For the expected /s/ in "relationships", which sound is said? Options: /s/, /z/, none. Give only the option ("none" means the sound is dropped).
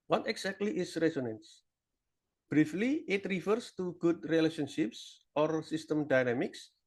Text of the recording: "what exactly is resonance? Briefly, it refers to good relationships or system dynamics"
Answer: /s/